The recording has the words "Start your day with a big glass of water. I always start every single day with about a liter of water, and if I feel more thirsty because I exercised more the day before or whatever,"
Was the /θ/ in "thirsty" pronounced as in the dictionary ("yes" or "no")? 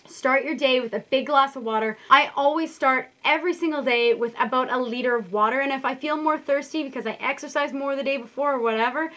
yes